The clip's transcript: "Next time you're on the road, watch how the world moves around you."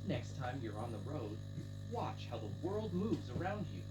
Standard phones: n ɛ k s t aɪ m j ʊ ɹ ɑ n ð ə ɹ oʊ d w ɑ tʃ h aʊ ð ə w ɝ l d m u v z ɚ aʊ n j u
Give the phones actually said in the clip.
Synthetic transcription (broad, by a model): n ɛ k s t aɪ m j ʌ ɹ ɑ n ð ə ɹ oʊ d w ɑ tʃ h aʊ ð ə w ɝ l d m u v z ɚ aʊ n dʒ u